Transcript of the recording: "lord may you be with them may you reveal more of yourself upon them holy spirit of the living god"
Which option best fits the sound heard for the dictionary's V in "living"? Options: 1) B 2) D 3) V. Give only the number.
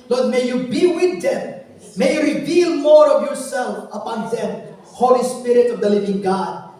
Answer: 3